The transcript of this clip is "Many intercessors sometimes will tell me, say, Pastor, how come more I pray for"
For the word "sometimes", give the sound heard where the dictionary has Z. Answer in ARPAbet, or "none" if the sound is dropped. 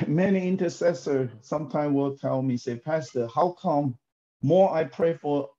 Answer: none